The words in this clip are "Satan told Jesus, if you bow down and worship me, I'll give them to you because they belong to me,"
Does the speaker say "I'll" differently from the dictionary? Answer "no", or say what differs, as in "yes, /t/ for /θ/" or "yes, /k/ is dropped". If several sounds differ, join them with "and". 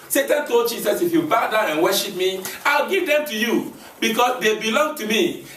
no